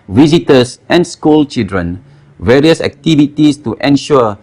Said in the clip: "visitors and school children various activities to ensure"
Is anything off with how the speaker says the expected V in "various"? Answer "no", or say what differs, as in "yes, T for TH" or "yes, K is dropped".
no